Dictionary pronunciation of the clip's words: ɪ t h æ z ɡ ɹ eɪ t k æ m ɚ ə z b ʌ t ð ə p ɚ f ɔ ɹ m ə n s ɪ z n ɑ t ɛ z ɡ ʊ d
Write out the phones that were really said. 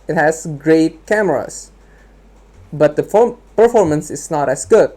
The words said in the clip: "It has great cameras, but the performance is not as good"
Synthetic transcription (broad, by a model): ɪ t h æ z ɡ ɹ eɪ t k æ m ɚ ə s b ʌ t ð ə p ɚ f ɔ ɹ m ə n s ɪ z n ɑ t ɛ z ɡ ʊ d